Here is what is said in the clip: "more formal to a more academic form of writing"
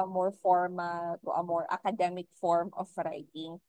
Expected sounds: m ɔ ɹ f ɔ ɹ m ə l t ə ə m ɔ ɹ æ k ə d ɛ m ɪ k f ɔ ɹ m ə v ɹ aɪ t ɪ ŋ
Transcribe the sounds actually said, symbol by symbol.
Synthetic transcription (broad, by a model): m ɔ ɹ f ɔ ɹ m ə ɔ t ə ə m ɔ ɹ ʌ k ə d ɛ m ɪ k f ɔ ɹ m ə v ɹ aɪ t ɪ ŋ